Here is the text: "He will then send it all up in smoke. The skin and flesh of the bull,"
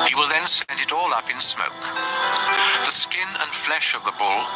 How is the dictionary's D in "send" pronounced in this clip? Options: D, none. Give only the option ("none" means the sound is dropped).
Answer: D